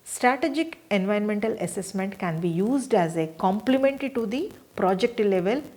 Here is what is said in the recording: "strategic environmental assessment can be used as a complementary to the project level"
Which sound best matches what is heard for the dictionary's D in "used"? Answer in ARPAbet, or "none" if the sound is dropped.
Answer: D